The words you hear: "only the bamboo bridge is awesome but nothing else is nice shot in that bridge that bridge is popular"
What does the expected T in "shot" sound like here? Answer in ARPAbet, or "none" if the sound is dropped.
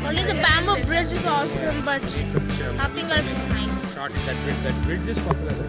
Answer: none